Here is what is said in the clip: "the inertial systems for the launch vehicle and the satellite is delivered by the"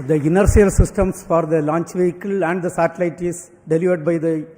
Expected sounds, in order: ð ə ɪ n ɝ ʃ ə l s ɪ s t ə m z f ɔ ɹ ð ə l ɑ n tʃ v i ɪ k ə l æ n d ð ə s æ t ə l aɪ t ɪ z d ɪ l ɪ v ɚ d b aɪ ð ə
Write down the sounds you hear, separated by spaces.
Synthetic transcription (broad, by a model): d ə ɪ n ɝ s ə l s ɪ s t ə m s f ɔ ɹ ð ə l ɑ n tʃ v i ɪ k ə l æ n d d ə s æ t ə l aɪ t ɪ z d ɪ l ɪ v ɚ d b aɪ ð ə